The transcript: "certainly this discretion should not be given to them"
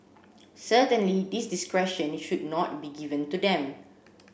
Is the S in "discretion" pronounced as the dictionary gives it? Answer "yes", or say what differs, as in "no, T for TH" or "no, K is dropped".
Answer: yes